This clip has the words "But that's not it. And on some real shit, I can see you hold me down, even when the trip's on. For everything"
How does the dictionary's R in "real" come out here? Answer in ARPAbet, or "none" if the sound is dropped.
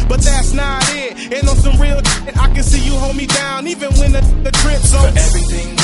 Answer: R